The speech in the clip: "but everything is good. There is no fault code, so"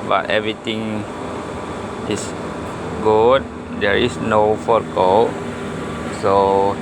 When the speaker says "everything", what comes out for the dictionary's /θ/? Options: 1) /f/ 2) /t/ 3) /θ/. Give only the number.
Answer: 2